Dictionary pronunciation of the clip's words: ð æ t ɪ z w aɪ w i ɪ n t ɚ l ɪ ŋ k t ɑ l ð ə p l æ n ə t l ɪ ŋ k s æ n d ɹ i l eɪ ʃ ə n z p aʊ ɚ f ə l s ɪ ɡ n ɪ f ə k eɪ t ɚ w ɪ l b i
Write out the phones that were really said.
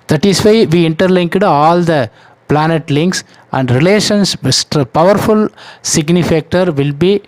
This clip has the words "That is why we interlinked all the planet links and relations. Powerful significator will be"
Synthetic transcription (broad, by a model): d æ t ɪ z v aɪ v i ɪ n t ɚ l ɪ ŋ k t ɑ l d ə p l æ n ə t l ɪ ŋ k s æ n d ɹ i l eɪ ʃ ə n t p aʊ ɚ f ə l s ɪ ɡ n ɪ f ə k t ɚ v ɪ l b i